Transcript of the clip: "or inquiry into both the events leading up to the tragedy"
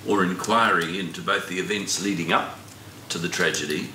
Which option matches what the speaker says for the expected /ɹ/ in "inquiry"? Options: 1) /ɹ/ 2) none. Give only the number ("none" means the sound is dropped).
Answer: 1